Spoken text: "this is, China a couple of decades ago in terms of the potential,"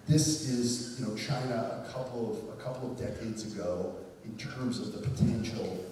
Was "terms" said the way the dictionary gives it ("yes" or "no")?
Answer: yes